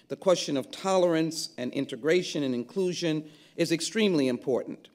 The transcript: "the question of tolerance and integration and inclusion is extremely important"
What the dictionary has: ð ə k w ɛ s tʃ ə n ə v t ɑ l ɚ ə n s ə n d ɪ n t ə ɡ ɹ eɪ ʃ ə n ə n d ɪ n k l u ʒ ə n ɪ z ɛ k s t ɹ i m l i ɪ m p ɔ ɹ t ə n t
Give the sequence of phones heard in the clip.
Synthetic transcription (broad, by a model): ð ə k w ɛ s tʃ ə n ə v t ɑ l ɚ ə n s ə n ɪ n t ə ɡ ɹ eɪ ʃ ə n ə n ɪ n k l u ʒ ə n ɪ z ɛ k s t ɹ i m l i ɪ m p ɔ ɹ t n t